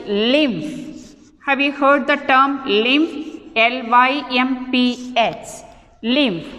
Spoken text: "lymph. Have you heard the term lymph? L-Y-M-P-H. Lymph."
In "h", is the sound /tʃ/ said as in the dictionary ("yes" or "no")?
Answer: no